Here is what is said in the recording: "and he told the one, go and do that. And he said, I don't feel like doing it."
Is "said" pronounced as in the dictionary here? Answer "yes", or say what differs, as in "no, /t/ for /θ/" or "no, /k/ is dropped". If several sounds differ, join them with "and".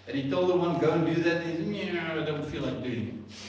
no, /d/ is dropped